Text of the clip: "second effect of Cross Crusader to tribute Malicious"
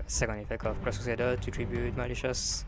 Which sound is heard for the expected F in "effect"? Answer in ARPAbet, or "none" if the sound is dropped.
F